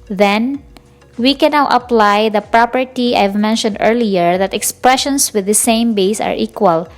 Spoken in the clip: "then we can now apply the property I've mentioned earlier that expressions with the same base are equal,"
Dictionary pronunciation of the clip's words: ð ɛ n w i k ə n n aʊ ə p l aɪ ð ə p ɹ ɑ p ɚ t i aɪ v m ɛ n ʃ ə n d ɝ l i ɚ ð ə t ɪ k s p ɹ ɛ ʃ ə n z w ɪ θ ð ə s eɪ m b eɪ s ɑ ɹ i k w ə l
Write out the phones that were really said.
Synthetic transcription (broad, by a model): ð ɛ n w i k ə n n aʊ ə p l aɪ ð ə p ɹ ɑ p ɚ t i aɪ v m ɛ n ʃ ə n d ɝ l i ɚ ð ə t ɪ k s p ɹ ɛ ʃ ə n s w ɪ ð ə s eɪ m b eɪ s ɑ ɹ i k w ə l